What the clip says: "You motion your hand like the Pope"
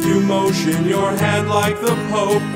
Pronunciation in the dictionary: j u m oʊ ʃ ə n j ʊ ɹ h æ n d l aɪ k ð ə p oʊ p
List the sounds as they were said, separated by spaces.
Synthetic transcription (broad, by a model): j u m oʊ ʃ ə n j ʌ ɹ h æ d l aɪ k ð ə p oʊ